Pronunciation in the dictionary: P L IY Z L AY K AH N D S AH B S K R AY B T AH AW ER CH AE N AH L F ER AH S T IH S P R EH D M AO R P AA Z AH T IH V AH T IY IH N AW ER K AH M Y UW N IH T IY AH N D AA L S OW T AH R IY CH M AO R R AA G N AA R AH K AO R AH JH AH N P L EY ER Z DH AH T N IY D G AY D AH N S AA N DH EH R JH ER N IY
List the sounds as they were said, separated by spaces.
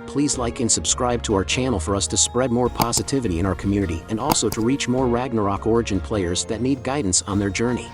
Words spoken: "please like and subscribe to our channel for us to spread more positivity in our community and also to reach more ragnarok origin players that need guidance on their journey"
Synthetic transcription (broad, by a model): P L IY Z L AY K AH N S AH B S K R AY B T AH AW ER CH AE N L F ER AH S T IH S P R EH D M AO R P AA Z AH T IH V AH T IY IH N AW ER K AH M Y UW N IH T IY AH N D AA L S OW T AH R IY CH M AO R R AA G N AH R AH K AO R AH JH AH N P L EY ER Z DH AH T N IY D G AY D N S N DH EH R JH ER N IY